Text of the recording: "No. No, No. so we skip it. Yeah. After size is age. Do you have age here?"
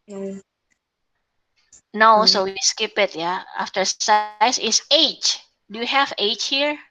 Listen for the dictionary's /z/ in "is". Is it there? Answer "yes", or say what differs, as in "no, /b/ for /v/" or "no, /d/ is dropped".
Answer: no, /s/ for /z/